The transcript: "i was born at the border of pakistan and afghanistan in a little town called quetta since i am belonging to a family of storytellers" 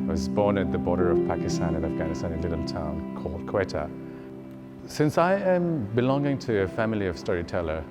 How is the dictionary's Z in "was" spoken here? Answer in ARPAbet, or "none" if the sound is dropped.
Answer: Z